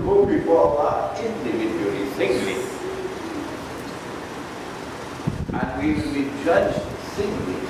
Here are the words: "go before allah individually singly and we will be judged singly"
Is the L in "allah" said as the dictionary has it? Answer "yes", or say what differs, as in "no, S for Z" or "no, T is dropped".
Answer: no, L is dropped